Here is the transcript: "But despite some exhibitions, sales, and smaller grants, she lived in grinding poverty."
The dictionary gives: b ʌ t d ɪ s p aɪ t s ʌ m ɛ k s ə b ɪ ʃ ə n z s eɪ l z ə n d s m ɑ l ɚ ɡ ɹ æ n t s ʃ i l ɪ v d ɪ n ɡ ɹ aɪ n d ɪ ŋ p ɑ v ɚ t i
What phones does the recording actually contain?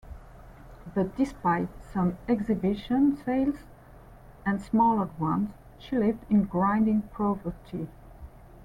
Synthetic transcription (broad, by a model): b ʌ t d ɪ s p aɪ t s ʌ m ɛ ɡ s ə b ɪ ʃ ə n s eɪ l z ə n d s m ɑ l ɚ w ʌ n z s ʃ i l ɪ v d ɪ n ɡ ɹ aɪ n d ɪ ŋ p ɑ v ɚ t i